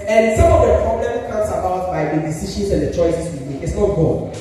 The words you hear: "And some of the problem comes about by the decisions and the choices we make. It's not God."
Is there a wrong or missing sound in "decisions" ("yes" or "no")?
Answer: yes